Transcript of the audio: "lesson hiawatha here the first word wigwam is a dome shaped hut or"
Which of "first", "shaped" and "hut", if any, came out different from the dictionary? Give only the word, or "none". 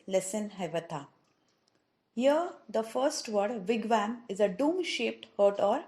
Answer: none